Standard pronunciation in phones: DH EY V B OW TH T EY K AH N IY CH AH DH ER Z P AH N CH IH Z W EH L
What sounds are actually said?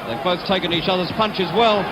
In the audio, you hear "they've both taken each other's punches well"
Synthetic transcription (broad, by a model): DH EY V B OW TH T EY K AH N IY CH AH DH ER Z P AH N CH IH Z W EH L